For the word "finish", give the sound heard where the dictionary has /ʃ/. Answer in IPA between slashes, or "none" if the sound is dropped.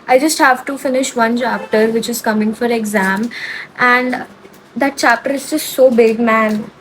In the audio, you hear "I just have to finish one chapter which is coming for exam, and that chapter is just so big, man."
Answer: /ʃ/